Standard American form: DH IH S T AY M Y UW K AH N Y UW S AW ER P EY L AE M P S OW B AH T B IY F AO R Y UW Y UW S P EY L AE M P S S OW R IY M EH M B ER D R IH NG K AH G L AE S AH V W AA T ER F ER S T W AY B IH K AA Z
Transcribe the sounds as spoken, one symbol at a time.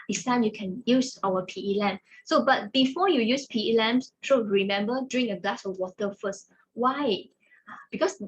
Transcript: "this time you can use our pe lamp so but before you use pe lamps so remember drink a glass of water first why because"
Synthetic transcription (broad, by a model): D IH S T AY M Y UW K AH N Y UW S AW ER P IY L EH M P S OW B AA T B IY F AO Y UW Y UW S P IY L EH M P S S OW R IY M EH M B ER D R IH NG AH G L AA S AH W AA T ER F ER S T W AY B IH K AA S